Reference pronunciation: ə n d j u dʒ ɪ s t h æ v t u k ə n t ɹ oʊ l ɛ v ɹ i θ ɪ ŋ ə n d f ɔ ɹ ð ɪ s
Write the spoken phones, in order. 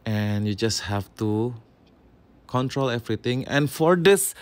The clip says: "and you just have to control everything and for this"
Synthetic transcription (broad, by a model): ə n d j u dʒ ɪ s t h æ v t u k ə n t ɹ oʊ l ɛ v ɹ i t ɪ ŋ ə n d f ɔ ɹ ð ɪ s